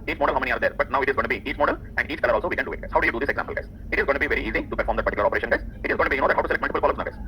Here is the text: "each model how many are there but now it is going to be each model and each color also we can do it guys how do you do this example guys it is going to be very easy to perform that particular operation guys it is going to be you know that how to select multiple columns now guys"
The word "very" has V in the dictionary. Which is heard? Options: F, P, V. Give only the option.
V